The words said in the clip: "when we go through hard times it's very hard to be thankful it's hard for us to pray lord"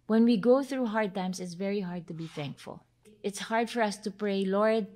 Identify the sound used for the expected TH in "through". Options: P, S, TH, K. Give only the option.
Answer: TH